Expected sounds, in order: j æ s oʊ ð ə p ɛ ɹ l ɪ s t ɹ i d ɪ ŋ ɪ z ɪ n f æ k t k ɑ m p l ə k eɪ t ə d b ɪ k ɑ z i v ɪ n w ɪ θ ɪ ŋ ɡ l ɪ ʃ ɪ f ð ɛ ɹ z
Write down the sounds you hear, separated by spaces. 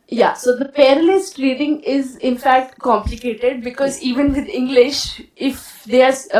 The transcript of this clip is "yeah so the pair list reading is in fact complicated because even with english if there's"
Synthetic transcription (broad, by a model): j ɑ s oʊ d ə p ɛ ɹ l ɪ s t ɹ i d ɪ ŋ ɪ z ɪ n f æ k t k ɑ m p l ə k eɪ t ə d b ɪ k ɑ z i v ɪ n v ɪ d ɪ ŋ ɡ l ɪ ʃ ɪ f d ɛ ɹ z